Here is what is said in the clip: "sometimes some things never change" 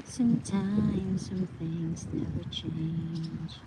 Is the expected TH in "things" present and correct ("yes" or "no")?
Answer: yes